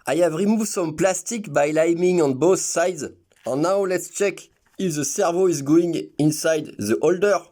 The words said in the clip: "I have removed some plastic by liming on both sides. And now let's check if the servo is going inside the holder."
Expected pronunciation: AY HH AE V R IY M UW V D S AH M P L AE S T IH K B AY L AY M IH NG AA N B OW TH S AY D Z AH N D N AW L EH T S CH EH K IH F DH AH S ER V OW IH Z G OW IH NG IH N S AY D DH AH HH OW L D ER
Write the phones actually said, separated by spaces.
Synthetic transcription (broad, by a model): AY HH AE V R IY M UW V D S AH M P L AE S T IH K B AY L AY M IH NG AA N B OW TH S AY D Z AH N N AW L EH T S CH EH K IH F DH AH S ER V OW IH Z G OW IH NG IH N S AY D DH AH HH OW L D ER